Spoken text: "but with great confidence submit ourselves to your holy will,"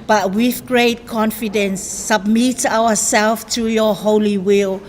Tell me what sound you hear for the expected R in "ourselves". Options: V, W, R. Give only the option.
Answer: W